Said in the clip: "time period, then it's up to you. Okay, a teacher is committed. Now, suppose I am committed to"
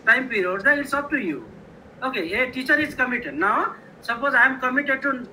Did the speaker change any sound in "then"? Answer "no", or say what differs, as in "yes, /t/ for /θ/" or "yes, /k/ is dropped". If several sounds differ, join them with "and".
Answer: yes, /n/ is dropped